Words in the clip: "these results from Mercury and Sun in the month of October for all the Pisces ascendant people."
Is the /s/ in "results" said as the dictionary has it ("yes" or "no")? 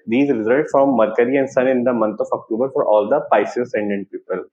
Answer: no